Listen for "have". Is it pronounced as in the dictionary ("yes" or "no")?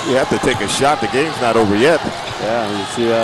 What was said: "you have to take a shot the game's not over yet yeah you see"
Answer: no